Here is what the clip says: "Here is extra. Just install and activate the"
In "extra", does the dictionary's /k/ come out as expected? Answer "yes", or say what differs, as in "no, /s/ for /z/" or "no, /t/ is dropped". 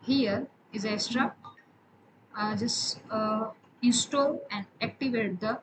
no, /k/ is dropped